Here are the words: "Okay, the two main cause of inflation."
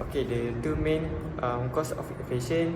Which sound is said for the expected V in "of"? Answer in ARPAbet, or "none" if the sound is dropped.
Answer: F